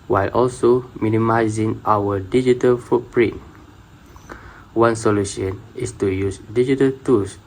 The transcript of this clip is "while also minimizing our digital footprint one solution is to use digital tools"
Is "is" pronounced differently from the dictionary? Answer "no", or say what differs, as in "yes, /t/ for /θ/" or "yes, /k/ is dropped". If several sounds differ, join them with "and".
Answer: yes, /s/ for /z/